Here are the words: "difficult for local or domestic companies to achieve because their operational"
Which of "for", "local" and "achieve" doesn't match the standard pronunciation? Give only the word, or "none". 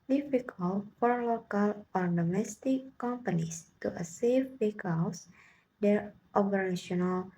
achieve